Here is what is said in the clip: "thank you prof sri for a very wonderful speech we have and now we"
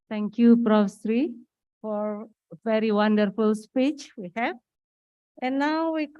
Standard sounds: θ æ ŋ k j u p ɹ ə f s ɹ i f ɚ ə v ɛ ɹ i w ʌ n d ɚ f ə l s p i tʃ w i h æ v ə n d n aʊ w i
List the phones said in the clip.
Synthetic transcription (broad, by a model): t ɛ ŋ k j u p ɹ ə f s ɹ i f ə v ɛ ɹ i w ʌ n d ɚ f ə l s p i tʃ w i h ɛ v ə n n aʊ w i